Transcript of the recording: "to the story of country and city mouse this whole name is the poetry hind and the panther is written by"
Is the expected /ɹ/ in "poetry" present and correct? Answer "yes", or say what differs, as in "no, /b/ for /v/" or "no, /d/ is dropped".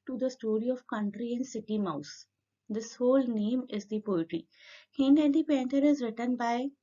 yes